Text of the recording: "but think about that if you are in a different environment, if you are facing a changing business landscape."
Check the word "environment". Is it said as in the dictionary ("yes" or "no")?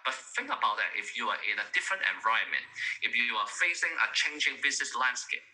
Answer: no